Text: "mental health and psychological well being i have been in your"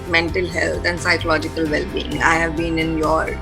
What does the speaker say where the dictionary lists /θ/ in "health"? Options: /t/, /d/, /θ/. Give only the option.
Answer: /t/